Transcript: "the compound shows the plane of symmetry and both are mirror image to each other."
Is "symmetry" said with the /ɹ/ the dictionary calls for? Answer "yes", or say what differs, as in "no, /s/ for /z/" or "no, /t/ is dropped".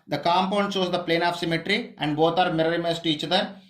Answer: yes